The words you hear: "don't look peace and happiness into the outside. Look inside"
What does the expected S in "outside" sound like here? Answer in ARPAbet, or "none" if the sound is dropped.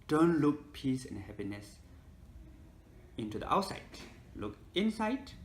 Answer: S